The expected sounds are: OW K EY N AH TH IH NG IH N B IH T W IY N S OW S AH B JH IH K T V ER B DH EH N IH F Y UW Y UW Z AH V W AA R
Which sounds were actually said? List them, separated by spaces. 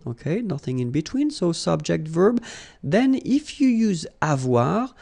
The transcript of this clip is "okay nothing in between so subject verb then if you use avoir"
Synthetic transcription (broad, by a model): OW K EY N AH TH IH NG IH N B IH T W IY N S OW S AH B JH IH K T V ER B DH EH N IH F Y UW Y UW Z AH V W AA R